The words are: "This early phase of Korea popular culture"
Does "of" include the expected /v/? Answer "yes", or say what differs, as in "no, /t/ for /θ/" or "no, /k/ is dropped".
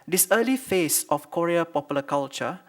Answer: no, /f/ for /v/